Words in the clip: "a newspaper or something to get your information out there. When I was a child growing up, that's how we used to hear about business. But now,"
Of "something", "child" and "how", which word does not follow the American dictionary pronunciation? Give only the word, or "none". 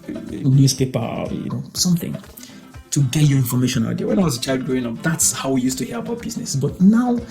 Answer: none